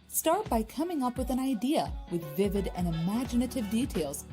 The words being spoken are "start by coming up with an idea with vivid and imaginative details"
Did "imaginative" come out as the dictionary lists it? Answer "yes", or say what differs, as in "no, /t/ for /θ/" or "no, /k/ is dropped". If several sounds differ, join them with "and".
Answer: yes